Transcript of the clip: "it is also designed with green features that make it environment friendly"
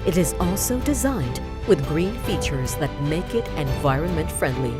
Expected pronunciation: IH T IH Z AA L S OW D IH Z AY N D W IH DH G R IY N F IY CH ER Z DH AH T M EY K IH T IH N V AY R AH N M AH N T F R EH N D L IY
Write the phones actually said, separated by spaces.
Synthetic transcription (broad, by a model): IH T IH Z AA L S OW D IH Z AY N D W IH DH G R IY N F IY CH ER Z DH AH T M EY K IH T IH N V AY R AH N M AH N T F R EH N D L IY